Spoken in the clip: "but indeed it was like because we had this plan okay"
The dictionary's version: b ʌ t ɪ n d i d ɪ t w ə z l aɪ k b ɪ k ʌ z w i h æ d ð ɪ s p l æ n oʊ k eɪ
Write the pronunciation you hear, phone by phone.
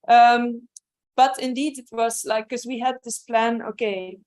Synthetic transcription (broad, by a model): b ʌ t ɪ n d i d ɪ t w ə z l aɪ ɪ k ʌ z w i h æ d ð ɪ s p l æ n oʊ k eɪ